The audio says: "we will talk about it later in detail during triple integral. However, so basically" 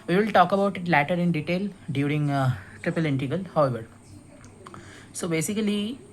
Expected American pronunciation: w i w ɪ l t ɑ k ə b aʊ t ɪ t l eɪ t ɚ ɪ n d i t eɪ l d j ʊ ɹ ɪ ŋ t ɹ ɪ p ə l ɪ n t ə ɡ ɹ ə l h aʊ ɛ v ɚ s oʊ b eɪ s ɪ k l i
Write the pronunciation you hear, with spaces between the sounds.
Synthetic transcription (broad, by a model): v i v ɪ l t ɑ k ə b aʊ t ɪ t l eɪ t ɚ ɪ n d i t eɪ l d j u ɹ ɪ ŋ t ɹ ɪ p ə l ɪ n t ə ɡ ə l h aʊ ɛ v ɚ s oʊ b eɪ s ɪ k l i